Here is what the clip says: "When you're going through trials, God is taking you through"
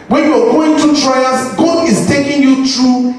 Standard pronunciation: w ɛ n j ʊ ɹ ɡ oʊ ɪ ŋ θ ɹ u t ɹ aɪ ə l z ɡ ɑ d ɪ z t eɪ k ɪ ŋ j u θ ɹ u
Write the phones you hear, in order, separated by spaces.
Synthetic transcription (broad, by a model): w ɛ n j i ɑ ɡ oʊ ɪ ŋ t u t ɹ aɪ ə z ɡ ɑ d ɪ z t eɪ k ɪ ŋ j u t ɹ u